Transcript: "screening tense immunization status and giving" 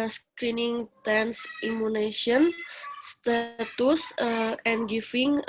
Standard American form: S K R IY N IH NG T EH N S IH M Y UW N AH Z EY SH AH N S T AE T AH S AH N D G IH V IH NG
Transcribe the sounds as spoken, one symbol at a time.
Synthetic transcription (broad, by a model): S K R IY N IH NG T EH N S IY M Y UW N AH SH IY AH N S T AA T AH S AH N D G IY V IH NG